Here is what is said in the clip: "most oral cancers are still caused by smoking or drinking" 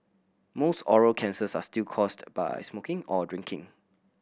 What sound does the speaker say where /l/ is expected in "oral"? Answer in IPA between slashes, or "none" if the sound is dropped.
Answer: /l/